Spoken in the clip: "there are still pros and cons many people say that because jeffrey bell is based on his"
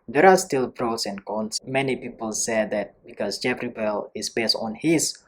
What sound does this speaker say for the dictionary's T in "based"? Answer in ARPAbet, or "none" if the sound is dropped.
T